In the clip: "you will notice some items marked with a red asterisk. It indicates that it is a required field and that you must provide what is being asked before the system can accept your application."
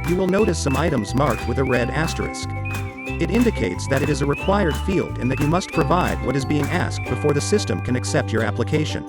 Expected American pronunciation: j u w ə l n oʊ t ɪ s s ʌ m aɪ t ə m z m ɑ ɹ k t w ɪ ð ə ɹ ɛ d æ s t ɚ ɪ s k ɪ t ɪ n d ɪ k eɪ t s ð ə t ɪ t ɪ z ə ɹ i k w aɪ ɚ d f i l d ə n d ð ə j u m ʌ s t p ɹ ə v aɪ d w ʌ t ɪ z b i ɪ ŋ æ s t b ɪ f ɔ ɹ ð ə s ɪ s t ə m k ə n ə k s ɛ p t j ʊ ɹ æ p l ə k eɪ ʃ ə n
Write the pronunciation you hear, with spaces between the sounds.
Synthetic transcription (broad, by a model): j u w ə l n oʊ t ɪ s s ʌ m aɪ t ə m z m ɑ ɹ k t w ɪ ð ə ɹ ɛ d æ s t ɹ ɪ s k ɪ t ɪ n d ɪ k eɪ t s ð ə t ɪ t ɪ z ə ɹ i k w aɪ ɚ d f i l d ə n ð ə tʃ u m ʌ s t p ɹ ə v aɪ d w ʌ t ɪ z b i ɪ ŋ æ s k b ɪ f ɔ ɹ ð ə s ɪ s t ə m k ə n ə k s ɛ p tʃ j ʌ ɹ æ p l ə k eɪ ʃ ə n